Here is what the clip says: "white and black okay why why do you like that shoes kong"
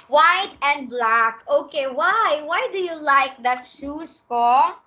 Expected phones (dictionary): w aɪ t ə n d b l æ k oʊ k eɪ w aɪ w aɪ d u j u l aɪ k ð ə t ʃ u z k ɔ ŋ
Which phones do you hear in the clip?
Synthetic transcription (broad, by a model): w aɪ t ə n d b l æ k oʊ k eɪ w aɪ w aɪ d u j u l aɪ k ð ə t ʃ u s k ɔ